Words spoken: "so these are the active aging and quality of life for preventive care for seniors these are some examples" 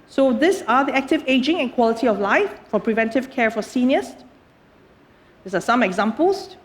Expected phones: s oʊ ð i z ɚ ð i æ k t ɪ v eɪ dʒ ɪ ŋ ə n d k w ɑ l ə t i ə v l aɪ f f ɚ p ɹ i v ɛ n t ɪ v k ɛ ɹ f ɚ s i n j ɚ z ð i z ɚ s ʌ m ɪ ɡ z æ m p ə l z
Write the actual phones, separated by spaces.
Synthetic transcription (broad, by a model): s oʊ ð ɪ s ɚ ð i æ k t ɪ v eɪ dʒ ɪ ŋ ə n k w ɑ l ə t i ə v l aɪ f f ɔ p ɹ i v ɛ n t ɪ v k ɛ ɹ f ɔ s i n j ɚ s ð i s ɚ s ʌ m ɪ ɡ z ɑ m p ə l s